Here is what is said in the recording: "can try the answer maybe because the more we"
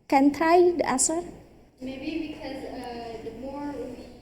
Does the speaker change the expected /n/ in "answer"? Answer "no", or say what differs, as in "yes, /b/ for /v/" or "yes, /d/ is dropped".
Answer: yes, /n/ is dropped